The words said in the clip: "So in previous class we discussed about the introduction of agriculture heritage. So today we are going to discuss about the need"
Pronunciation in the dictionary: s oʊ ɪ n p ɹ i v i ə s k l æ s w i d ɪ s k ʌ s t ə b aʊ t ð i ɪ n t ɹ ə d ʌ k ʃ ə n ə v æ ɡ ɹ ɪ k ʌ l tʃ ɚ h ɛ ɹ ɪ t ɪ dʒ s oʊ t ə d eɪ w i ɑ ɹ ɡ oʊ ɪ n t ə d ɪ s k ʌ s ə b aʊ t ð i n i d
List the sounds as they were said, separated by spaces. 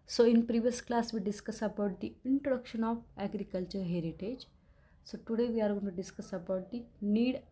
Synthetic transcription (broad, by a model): s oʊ ɪ n p ɹ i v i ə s k l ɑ s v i d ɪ s k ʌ s ə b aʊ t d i ɪ n t ɹ ə d ʌ k ʃ ə n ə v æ ɡ ɹ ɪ k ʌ l tʃ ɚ h ɛ ɹ ɪ t ɪ dʒ s oʊ t ə d eɪ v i ɑ ɹ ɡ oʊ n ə d ɪ s k ʌ s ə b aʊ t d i n i d